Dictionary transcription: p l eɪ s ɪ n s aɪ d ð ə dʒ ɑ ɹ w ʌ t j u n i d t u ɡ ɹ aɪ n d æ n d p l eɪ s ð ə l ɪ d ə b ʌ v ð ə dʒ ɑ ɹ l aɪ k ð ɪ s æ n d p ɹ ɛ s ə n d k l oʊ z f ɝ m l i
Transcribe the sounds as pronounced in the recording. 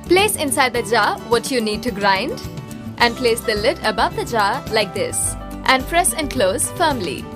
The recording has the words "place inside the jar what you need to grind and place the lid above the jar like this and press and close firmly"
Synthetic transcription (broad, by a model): p l eɪ s ɪ n s aɪ d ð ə dʒ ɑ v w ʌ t j u n i d t u ɡ ɹ aɪ n d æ n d p l eɪ s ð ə l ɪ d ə b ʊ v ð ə dʒ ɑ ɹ l aɪ k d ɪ s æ n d f ɹ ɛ ʃ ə n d k l oʊ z f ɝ m l i